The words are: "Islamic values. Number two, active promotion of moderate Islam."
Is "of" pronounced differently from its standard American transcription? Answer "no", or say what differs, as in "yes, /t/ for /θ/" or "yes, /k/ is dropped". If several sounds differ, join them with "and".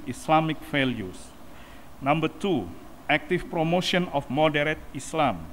yes, /f/ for /v/